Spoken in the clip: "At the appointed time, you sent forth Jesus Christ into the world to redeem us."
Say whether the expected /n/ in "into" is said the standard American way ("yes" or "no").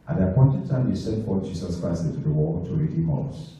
no